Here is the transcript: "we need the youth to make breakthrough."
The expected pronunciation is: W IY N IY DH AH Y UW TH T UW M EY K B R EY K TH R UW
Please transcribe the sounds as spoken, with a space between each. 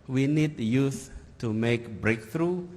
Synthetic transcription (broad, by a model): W IY N IY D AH Y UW S T UW M EY K B R EY K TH R UW